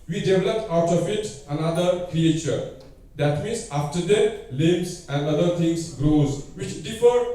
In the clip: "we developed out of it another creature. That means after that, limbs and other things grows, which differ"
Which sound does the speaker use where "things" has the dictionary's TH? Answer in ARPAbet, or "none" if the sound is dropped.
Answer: T